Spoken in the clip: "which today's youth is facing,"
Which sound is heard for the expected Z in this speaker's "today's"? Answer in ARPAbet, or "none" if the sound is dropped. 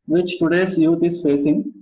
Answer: S